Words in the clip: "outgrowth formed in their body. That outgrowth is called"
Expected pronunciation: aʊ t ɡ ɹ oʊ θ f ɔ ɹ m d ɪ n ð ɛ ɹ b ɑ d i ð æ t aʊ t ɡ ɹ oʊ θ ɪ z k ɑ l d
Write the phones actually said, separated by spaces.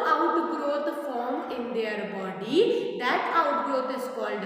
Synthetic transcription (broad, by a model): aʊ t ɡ ɹ oʊ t f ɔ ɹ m ɪ n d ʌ ɹ b ɑ d i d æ t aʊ t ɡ ɹ oʊ t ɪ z k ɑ l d